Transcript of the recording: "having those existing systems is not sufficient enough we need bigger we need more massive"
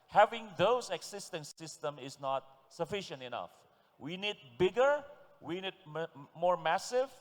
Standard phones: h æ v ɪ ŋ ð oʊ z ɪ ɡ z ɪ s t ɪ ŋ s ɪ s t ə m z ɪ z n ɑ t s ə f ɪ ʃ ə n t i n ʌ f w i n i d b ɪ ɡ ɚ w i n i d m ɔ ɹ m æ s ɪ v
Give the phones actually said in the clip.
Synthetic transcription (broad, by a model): h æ v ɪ ŋ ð oʊ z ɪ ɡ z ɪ s t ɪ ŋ s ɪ s t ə m ɪ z n ɑ t s ə f ɪ ʃ ə n t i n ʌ f w i n i d b ɪ ɡ ɚ w i n i d m ɔ ɹ m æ s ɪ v